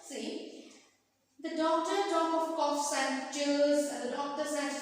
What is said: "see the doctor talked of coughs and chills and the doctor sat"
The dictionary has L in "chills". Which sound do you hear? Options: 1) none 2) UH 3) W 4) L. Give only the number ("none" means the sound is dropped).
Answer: 1